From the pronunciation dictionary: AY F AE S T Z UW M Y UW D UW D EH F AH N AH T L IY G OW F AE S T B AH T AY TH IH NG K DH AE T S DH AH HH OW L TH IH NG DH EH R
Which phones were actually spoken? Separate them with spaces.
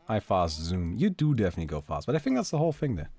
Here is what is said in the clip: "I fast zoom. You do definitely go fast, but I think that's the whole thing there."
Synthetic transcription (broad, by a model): AY F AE S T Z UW M Y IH D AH D EH F AH N AH T L IY G OW F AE S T B AH T AY TH IH NG K DH AE T S DH AH HH OW L TH IH NG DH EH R